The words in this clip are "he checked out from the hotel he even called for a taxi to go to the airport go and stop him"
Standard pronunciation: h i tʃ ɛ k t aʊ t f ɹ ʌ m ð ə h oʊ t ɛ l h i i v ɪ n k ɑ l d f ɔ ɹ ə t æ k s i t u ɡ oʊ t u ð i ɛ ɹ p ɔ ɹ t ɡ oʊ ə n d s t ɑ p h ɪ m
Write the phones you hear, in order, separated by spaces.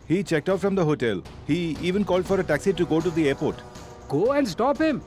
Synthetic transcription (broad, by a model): h i tʃ ɛ k t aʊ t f ɹ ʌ m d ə h oʊ t ɛ l h i i v ɪ n k ɑ l d f ɔ ɹ ə t æ k s i t u ɡ oʊ t u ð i ɛ ɹ p ɔ ɹ t ɡ oʊ ə n d s t ɑ p h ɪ m